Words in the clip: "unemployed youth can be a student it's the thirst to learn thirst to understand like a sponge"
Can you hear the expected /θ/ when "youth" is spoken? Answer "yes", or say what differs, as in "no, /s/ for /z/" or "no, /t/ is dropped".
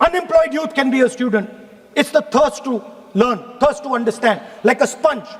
no, /t/ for /θ/